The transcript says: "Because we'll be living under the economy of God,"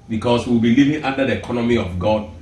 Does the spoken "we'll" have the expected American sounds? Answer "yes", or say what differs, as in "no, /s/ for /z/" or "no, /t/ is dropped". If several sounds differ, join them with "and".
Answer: no, /w/ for /l/